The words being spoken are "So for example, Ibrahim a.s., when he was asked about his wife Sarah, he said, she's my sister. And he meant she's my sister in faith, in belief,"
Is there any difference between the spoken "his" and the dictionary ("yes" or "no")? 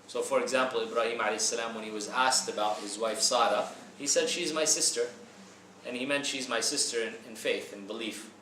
no